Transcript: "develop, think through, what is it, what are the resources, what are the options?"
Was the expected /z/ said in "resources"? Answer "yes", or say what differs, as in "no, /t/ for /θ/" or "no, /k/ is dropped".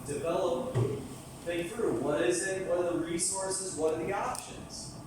yes